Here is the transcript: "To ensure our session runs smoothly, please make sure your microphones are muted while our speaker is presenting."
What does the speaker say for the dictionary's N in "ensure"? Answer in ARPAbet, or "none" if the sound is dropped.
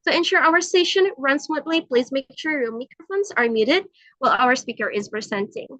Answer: N